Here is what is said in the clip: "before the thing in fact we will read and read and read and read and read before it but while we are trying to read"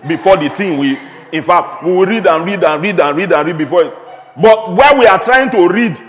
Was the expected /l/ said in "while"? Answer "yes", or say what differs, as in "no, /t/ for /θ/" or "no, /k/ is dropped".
no, /n/ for /l/